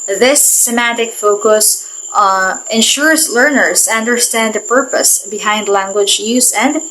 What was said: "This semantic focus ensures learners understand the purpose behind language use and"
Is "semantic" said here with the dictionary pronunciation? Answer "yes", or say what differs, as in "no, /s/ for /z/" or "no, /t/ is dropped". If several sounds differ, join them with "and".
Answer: no, /n/ is dropped